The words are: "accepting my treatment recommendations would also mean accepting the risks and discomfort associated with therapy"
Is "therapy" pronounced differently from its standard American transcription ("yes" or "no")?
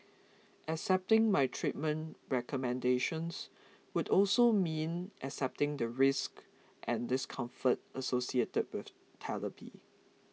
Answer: yes